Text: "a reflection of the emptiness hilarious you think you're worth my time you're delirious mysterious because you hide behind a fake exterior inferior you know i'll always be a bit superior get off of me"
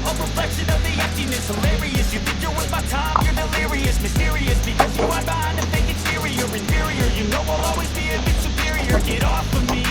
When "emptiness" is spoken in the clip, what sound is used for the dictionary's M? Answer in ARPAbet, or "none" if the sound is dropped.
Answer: none